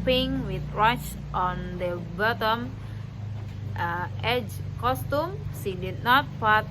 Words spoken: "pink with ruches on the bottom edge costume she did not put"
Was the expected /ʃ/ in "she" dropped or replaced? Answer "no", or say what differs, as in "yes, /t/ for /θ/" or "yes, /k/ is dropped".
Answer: yes, /s/ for /ʃ/